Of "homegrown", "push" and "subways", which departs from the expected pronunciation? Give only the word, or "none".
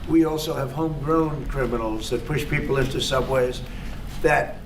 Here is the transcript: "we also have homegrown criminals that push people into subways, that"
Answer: none